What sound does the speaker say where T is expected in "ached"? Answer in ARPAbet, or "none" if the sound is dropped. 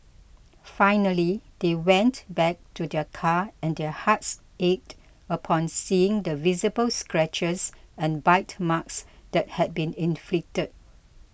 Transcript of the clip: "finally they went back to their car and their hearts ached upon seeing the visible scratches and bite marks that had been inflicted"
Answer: T